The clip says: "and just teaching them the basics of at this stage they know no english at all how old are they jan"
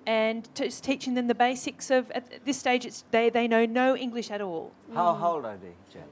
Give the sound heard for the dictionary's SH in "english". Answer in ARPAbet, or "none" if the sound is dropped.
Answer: SH